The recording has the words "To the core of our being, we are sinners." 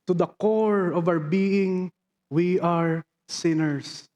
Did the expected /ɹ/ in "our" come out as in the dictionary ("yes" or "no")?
no